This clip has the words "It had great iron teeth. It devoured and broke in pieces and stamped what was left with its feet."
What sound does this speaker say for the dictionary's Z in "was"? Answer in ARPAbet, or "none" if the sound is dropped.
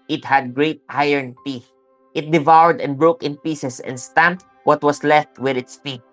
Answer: S